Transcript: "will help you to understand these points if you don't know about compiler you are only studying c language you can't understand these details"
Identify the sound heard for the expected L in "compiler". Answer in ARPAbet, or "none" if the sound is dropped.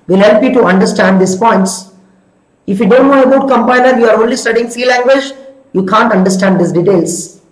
N